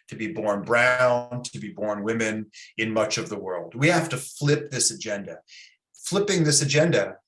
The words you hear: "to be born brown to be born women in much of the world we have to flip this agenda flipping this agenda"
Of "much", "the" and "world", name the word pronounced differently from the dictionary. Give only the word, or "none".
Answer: none